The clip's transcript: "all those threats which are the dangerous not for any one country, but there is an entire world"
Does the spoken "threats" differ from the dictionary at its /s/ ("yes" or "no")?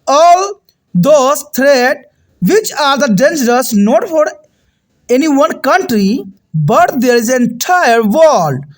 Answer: yes